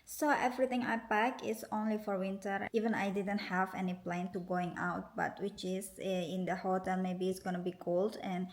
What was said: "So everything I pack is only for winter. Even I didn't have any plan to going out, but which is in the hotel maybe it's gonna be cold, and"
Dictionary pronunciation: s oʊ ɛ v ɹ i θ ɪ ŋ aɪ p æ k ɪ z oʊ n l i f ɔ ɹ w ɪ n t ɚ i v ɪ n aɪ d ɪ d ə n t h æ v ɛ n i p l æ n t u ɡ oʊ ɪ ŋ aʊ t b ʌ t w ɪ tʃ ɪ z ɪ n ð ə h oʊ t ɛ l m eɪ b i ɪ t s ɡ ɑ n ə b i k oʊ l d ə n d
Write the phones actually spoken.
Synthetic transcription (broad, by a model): s oʊ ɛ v ɹ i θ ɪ ŋ aɪ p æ k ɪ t oʊ n l i f ɔ ɹ w ɪ n t ɚ i v ɪ n aɪ d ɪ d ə n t h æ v ɛ n i p l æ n t u ɡ oʊ ɪ ŋ aʊ t b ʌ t w ɪ tʃ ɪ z ɪ n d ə h oʊ t ɛ l m eɪ b i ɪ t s ɡ ɑ n ə b i k oʊ l d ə n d